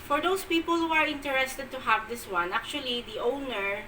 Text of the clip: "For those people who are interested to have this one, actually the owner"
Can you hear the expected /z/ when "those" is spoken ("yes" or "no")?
no